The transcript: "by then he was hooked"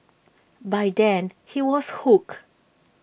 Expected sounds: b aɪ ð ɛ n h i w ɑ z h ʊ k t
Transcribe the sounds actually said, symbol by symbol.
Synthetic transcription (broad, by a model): b aɪ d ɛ n h i w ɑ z h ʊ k